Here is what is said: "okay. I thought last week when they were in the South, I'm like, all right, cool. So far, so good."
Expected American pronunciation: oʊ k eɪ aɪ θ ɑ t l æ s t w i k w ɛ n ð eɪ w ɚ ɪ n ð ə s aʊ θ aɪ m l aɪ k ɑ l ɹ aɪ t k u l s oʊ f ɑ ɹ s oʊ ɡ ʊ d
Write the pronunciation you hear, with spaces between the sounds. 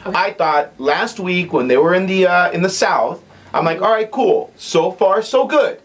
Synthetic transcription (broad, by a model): aɪ θ ɑ t l æ s t w i k w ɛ n ð eɪ w ɚ ɪ n ð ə s aʊ θ aɪ m l aɪ k ɑ l ɹ aɪ t k u l s oʊ f ɑ ɹ s oʊ ɡ ʊ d